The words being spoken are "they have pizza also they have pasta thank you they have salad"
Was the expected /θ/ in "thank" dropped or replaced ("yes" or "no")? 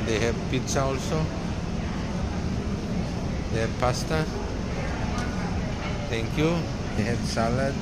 yes